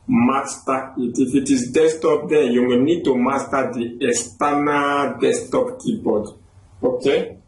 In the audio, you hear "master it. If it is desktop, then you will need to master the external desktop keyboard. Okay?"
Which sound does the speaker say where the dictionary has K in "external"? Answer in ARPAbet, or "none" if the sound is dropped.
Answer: none